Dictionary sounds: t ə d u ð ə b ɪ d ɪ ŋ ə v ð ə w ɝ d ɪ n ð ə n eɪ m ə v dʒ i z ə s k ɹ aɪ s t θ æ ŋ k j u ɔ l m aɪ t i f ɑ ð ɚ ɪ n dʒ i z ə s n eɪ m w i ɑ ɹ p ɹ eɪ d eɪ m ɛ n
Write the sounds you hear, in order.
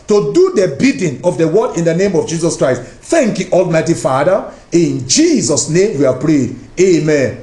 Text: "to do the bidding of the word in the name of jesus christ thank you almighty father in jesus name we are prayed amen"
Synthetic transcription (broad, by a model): t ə d u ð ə b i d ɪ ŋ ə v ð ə w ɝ d ɪ n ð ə n eɪ m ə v dʒ i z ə s k ɹ aɪ s t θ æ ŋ k j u ɔ l m aɪ t i f ɑ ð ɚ ɪ n dʒ i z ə s n eɪ m w i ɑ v p ɹ eɪ d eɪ m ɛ n